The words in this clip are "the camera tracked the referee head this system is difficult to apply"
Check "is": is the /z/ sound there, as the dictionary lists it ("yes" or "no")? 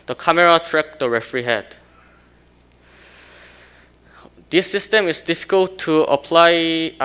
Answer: no